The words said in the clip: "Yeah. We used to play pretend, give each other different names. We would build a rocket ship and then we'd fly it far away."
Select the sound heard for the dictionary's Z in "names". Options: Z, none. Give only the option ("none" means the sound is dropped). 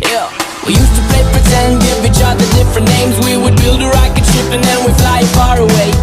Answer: Z